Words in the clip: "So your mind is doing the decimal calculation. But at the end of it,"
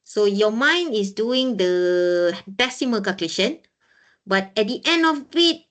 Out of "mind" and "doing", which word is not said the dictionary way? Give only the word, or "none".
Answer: mind